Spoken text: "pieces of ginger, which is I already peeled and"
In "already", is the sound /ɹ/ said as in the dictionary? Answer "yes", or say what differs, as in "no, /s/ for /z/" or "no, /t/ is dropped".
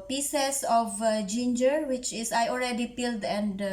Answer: no, /l/ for /ɹ/